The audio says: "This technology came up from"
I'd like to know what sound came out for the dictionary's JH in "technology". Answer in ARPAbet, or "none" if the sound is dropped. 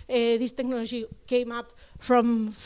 ZH